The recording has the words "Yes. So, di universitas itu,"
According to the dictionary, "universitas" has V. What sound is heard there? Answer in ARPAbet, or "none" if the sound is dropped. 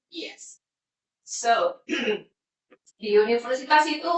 F